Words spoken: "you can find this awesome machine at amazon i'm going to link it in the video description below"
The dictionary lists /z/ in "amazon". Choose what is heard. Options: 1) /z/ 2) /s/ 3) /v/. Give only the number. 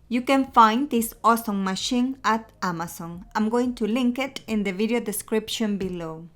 2